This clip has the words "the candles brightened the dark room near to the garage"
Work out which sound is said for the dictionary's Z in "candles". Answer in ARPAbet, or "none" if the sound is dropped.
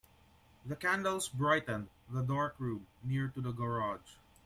S